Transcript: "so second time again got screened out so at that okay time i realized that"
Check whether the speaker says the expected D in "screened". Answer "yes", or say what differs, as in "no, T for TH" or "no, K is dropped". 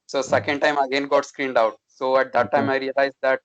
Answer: yes